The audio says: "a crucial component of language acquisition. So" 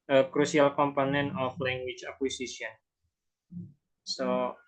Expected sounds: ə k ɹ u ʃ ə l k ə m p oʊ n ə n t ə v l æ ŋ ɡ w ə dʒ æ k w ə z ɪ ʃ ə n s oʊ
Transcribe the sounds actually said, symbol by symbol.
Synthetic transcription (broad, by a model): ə k ɹ u s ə l k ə m p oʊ n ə n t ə f l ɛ ŋ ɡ w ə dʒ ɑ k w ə s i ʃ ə n s oʊ